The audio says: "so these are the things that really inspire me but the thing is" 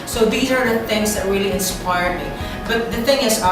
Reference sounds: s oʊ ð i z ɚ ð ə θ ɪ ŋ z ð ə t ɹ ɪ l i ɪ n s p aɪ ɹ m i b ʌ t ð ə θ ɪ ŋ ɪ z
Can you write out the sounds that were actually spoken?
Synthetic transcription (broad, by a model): s oʊ ð i z ɚ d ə θ ɪ ŋ z ð ə t ɹ ɪ l i ɪ n s p aɪ ɹ m i b ʌ t ð ə θ ɪ ŋ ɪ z